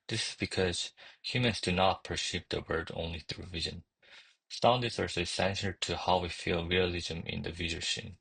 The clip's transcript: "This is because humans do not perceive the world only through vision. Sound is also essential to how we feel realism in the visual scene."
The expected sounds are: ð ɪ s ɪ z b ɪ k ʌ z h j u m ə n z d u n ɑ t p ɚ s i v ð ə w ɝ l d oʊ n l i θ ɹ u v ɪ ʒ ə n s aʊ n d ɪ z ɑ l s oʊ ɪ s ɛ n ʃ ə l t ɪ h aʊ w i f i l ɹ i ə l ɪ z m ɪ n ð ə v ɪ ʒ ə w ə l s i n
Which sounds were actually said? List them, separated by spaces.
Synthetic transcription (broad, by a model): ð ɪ s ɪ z b ɪ k ʌ z h j u m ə n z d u n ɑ t p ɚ s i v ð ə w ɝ d oʊ n l i θ ɹ u v ɪ ʒ ə n s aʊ n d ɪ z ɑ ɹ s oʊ s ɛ n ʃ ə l t ɪ h aʊ w i f i l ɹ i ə l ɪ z m ɪ n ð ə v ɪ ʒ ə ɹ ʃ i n